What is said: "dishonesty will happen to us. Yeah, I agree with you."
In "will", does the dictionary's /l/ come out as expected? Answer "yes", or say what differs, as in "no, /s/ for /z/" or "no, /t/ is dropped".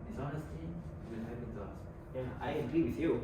no, /n/ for /l/